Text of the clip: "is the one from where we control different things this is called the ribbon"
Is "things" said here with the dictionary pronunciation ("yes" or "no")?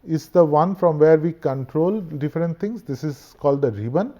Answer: no